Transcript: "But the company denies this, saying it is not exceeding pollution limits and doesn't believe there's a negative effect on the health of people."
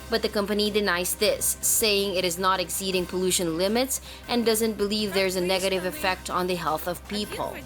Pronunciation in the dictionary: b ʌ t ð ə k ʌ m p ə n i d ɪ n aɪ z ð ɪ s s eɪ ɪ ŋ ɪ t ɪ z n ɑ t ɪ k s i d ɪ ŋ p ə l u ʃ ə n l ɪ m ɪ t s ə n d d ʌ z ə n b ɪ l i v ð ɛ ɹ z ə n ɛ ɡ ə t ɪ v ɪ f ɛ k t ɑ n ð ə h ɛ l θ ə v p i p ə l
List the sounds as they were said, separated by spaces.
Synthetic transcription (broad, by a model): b ʌ t ð ə k ʌ m p ə n i d ɪ n aɪ z ð ɪ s s eɪ ɪ ŋ ɪ t ɪ z n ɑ t ɪ k s i d ɪ ŋ p ə l u ʃ ə n l ɪ m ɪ t s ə n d d ʌ z ə n b ɪ l i v ð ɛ ɹ z ə n ɛ ɡ ə t ɪ v ɪ f ɛ k t n ð ə h ɛ l θ ə v p i p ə l